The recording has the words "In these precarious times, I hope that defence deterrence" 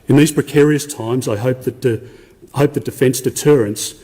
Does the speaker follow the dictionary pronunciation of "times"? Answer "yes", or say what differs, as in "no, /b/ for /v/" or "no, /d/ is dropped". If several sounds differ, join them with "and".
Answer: yes